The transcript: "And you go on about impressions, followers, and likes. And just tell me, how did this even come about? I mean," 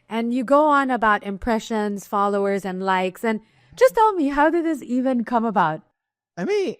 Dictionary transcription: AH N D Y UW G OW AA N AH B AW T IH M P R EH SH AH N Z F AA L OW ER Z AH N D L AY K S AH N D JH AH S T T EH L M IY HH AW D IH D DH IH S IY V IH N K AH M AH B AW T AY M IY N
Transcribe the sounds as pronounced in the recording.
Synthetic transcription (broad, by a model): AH N Y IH G OW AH N AH B AW T IH M P R EH SH AH N Z F AA L OW ER Z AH N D L AY K S AH N D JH AH S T T EH L M IY HH AW D IH D DH IH S IY V IH N K AH M AH B AW T AY M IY N